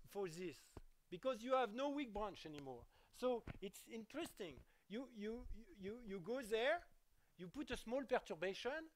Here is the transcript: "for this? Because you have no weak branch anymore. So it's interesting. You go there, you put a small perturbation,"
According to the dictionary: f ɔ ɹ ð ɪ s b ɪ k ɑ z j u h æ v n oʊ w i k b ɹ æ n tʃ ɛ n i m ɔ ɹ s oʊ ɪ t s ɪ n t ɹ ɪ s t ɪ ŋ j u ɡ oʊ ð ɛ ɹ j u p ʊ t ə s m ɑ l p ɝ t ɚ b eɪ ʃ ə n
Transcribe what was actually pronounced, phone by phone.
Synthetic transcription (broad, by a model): f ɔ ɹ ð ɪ s b ɪ k ɑ z j u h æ v n oʊ w i k b ɹ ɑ n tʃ ɛ n i m ɔ ɹ s oʊ ɪ t s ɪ n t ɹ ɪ s t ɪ ŋ j u ɡ oʊ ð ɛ ɹ j u p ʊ t ə s m ɑ l p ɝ t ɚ b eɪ ʃ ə n